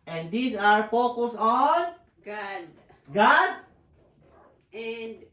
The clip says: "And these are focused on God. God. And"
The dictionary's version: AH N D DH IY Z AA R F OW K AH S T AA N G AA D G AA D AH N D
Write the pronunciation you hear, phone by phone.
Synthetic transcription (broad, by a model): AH N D IY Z AA R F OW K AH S AA N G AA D G AA D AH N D